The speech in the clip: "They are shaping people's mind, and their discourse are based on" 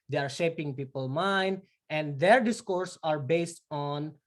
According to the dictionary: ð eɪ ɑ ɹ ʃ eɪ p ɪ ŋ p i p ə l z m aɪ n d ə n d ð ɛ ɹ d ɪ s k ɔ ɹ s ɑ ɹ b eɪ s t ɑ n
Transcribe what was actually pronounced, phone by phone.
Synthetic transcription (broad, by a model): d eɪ ɑ ɹ ʃ eɪ p ɪ ŋ p i p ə l m aɪ n d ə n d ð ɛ ɹ d ɪ s k ɔ ɹ s ɑ ɹ b eɪ s t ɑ n